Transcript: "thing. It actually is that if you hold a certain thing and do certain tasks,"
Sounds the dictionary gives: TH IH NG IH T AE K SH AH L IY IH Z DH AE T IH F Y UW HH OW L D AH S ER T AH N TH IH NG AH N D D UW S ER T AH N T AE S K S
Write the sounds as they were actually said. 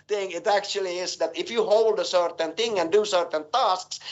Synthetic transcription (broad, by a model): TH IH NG IH T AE K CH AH L IY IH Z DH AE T IH F Y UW HH OW L D AH S ER T AH N TH IH NG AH N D D UW S ER T AH N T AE S K S